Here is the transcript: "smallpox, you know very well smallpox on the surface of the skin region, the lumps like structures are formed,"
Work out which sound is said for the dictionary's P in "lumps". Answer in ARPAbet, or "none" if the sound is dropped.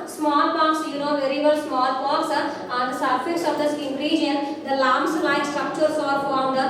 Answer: none